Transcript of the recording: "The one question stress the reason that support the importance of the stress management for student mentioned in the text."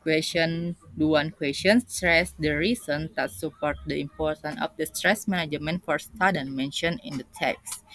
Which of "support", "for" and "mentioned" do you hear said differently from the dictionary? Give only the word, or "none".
mentioned